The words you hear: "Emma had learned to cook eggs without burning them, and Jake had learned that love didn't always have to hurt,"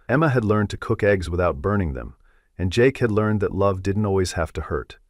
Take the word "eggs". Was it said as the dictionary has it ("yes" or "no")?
yes